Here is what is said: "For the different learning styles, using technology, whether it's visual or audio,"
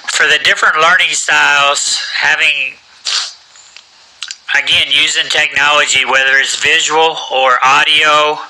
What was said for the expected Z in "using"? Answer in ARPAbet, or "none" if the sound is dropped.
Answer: Z